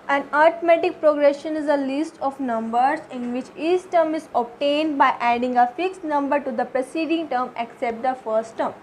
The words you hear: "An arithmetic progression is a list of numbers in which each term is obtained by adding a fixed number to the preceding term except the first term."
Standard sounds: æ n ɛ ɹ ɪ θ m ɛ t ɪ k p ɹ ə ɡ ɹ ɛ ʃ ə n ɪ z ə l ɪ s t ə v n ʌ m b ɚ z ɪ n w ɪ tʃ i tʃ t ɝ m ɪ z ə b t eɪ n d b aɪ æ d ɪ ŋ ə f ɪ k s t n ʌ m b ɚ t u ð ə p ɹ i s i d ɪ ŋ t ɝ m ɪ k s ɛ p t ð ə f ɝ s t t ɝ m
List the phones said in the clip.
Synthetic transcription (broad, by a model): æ n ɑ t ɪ m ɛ t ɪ k p ɹ ə ɡ ɹ ɛ ʃ ə n ɪ z ə l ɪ s t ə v n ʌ m b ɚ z ɪ n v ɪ tʃ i s t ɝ m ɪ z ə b t eɪ n d b aɪ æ d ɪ ŋ ə f ɪ k s t n ʌ m b ɚ t u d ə p ɹ i s i d ɪ ŋ t ɝ m ɪ k s ɛ p t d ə f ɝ s t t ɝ m